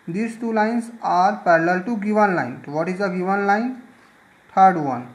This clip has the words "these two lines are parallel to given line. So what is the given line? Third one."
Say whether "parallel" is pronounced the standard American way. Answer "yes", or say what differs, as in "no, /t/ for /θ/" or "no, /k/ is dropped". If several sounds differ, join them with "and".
yes